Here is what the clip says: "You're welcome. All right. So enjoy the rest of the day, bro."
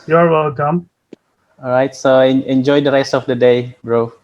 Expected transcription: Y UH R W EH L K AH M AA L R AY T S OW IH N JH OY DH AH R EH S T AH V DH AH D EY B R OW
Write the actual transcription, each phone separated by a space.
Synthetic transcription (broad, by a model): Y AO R W EH L K AH M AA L R AY T S OW IH N JH OY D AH R EH S T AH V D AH D EY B R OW